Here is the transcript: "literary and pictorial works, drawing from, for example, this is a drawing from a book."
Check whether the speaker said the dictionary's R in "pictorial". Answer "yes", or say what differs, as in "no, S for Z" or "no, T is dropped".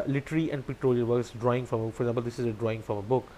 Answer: no, L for R